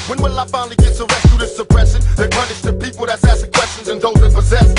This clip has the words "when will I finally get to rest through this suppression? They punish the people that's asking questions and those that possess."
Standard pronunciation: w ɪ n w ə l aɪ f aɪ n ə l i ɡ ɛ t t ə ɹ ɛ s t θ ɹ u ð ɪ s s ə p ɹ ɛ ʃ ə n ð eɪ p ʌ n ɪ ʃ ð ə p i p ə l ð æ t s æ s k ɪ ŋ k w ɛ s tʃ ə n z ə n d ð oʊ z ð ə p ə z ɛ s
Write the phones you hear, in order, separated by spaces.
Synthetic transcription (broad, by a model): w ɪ n w ə l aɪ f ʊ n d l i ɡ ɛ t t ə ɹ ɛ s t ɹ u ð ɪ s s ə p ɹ ɛ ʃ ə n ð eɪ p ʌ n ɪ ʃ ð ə p i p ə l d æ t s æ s ɪ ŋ k w ɛ s tʃ ə n z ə n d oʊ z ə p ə z ɛ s